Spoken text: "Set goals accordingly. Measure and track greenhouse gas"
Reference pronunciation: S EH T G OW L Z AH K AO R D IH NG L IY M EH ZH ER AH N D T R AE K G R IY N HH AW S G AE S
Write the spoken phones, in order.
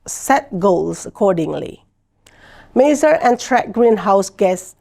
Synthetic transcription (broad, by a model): S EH T G OW L S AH K AO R D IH NG L IY M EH Z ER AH N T R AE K G R IY N HH AW S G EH S